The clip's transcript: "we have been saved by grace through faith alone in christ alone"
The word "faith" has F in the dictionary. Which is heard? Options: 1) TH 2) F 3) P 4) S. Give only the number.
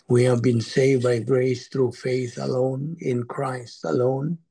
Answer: 2